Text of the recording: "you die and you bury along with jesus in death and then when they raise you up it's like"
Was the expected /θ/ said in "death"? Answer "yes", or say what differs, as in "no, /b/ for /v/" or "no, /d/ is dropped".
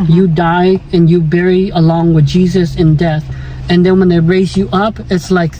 yes